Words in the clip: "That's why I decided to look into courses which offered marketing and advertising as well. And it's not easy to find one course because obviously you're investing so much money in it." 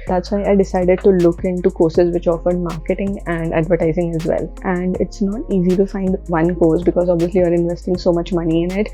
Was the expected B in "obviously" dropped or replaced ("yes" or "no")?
no